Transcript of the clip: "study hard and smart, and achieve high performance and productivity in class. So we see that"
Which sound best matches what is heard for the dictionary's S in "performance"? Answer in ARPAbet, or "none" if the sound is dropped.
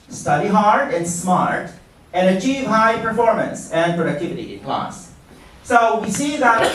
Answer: S